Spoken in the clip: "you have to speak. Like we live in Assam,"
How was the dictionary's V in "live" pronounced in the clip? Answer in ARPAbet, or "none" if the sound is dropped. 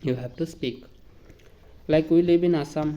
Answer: B